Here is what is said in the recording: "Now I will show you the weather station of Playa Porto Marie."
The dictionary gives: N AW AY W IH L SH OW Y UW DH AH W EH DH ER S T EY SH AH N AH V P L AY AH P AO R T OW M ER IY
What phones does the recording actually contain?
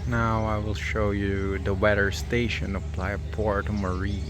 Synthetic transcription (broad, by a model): N AW AY W IH L SH OW Y UW DH AH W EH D ER S T EY SH AH N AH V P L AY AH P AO R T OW M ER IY